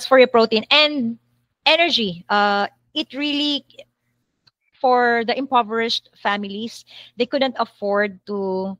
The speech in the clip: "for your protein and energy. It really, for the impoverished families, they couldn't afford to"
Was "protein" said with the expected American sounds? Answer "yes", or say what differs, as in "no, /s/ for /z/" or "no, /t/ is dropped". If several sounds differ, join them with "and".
yes